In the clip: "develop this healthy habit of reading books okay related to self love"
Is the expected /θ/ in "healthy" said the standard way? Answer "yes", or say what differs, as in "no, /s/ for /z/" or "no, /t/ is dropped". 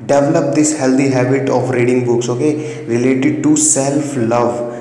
no, /t/ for /θ/